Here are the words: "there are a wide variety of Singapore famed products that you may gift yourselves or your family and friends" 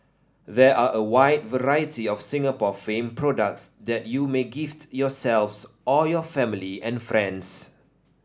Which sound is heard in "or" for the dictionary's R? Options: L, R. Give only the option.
L